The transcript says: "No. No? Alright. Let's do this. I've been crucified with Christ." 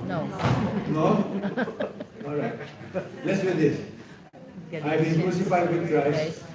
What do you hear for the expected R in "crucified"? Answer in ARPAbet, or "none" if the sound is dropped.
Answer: none